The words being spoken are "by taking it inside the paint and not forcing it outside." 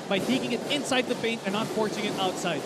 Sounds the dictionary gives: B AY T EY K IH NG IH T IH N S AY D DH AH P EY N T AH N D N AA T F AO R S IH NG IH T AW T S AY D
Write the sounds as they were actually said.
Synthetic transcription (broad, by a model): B AY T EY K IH NG IH T IH N S AY D DH AH P EY N T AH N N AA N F AO R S IH NG IH T AW T S AY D